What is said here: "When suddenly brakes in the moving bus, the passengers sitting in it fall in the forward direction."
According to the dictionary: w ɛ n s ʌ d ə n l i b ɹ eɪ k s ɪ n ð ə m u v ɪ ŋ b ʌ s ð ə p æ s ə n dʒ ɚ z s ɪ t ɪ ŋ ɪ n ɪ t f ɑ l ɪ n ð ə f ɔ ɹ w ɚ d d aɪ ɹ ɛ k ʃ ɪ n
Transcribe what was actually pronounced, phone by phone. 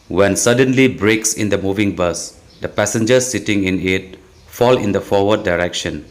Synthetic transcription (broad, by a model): w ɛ n s ʌ d ə n l i b ɹ eɪ k s ɪ n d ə m u v ɪ ŋ b ʌ s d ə p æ s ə n dʒ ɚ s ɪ t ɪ ŋ ɪ n ɪ t f ɑ l ɪ n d ə f ɔ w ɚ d d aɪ ɹ ɛ k ʃ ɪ n